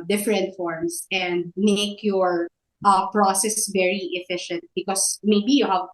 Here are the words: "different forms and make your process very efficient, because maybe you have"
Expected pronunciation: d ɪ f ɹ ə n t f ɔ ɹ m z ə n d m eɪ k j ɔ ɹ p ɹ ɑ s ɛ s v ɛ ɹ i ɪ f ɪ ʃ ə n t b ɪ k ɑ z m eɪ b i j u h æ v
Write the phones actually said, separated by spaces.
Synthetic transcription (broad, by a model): d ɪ f ɹ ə n t f ɔ ɹ m s ə n d m eɪ k j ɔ ɹ p ɹ ɑ s ɛ s v ɛ ɹ i ɪ f ɪ ʃ ə n t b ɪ k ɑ s m eɪ b i j u h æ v